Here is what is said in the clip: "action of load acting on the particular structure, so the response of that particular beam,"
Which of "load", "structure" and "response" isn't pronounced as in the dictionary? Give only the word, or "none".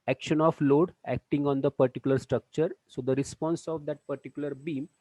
none